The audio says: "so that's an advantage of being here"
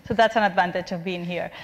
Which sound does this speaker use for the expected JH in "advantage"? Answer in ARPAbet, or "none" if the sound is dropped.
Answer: JH